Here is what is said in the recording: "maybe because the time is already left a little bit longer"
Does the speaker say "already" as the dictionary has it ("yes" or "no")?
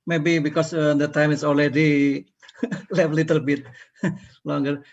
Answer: no